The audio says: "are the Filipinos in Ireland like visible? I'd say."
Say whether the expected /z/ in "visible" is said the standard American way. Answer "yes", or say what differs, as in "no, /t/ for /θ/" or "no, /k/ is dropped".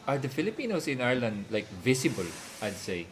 no, /s/ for /z/